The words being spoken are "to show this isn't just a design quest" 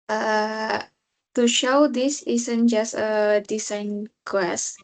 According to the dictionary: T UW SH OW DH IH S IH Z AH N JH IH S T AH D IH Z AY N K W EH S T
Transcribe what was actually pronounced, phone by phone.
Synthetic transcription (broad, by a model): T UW SH OW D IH S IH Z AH N JH IH S T AH D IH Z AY N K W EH S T